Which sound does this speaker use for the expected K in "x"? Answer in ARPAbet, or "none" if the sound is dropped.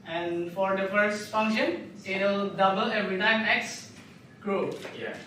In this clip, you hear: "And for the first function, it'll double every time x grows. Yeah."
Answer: K